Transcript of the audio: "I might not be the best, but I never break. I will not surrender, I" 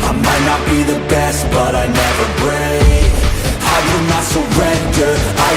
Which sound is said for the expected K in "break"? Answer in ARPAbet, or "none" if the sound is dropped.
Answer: none